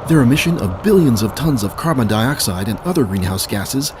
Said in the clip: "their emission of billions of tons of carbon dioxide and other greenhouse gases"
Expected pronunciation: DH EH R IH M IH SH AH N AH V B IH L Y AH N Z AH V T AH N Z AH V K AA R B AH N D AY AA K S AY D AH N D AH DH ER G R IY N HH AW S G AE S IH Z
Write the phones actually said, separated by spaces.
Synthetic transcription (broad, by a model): DH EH R IH M IH SH AH N AH V B IH L Y AH N Z AH V T AH N Z AH V K AA R B AH N D AY AA K S AY D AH N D AH DH ER G R IY N HH AW S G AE S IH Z